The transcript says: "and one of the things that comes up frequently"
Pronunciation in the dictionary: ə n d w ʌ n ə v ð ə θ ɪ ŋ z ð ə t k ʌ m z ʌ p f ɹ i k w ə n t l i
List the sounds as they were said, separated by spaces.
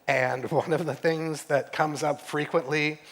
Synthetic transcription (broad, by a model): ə n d w ʌ n ə v ð ə θ ɪ ŋ z ð ə t k ʌ m z ʌ p f ɹ i k w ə n t l i